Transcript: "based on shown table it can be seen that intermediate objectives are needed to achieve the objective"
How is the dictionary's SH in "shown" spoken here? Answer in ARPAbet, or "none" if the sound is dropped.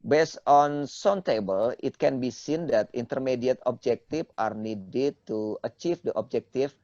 S